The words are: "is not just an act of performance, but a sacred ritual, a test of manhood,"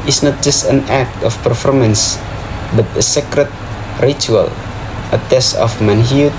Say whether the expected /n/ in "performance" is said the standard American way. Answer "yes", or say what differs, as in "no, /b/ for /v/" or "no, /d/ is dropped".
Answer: yes